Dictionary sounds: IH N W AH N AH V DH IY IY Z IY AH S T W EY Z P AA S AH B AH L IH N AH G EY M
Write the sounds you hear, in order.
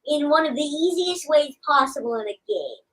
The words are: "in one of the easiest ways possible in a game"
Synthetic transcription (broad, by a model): IH N W AH N AH V DH IY IY Z IY AH S T W EY Z P AA S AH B L IH N AH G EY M